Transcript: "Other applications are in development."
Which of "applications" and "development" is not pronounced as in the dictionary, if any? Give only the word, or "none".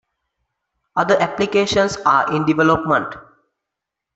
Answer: applications